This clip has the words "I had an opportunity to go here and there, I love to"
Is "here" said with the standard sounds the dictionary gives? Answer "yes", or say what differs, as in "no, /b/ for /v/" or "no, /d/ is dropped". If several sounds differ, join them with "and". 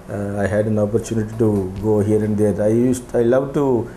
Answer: yes